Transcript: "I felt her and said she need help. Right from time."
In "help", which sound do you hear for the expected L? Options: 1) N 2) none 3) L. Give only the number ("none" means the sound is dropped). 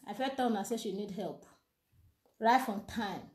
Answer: 3